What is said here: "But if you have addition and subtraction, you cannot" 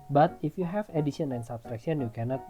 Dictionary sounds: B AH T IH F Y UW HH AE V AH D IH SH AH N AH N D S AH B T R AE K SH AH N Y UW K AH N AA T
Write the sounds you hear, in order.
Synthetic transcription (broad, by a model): B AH T IH F Y UW HH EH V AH D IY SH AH N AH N S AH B S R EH K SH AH N Y UW K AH N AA T